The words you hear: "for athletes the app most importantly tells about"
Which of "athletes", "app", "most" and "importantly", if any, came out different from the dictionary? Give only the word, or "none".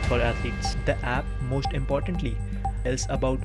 athletes